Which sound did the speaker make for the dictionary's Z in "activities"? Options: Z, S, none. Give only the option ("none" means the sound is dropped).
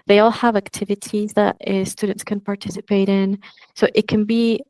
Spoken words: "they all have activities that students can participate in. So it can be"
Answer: Z